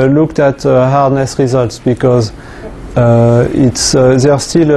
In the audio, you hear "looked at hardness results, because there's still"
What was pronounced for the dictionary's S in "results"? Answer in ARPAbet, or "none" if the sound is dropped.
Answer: S